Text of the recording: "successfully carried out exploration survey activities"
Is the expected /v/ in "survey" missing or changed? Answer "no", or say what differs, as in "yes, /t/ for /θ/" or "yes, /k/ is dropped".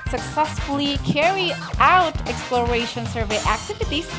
no